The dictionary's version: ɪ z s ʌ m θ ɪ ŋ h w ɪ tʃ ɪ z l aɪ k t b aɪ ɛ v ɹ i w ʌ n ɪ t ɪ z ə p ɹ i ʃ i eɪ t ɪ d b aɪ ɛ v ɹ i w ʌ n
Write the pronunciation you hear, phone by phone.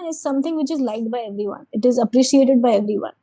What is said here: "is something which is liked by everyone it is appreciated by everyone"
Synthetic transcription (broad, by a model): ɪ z s ʌ m t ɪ ŋ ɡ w ɪ tʃ ɪ z l aɪ t b aɪ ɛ v ɹ i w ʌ n ɪ t ɪ z ə p ɹ i ʃ i eɪ t ɪ d b aɪ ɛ v ɹ i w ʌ n